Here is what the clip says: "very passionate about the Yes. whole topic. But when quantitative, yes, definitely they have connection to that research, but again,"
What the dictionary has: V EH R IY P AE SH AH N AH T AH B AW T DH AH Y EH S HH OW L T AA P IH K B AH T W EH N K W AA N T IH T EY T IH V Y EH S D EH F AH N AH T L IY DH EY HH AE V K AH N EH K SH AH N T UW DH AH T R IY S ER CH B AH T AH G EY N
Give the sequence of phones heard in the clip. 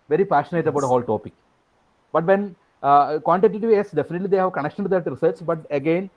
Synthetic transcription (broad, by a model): V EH R IY P AE SH AH N AH T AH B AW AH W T HH OW L T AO P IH K B AH T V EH N K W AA N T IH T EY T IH V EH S D EH F AH N AH T L IY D EY HH AE V K AH N EH K SH AH N T UW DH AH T R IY S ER S B AH T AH G EY N